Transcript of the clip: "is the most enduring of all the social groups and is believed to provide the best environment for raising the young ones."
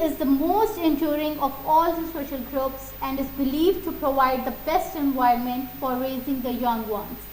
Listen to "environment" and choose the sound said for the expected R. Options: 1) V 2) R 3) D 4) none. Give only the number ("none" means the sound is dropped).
4